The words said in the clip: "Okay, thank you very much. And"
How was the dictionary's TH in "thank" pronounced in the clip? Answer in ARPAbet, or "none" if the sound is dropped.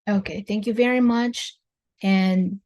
TH